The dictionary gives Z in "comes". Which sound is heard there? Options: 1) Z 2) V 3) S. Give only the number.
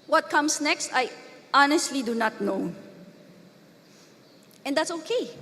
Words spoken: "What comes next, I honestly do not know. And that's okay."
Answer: 3